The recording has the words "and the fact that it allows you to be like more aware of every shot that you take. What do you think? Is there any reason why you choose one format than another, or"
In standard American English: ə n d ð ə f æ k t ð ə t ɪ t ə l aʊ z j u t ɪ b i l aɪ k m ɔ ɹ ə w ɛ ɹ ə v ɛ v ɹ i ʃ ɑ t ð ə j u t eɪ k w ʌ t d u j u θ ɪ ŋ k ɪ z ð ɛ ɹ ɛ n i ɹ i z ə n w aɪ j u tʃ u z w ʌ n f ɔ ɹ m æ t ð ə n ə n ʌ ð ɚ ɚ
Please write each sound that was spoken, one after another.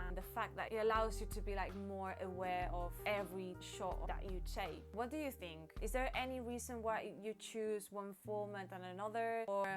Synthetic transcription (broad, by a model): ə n ð ə f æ k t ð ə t ɪ t ə l aʊ z j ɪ t ɪ b i l aɪ k m ɔ ɹ ə w ɛ ɹ ə v ɛ v ɹ i ʃ ɑ t ð ə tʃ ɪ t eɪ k w ʌ t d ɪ j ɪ θ ɪ ŋ k ɪ z ð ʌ ɹ ɛ n i ɹ i z ə n w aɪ j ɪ tʃ u z w ʌ n f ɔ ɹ m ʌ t ð ə n ə n ʌ ð ɚ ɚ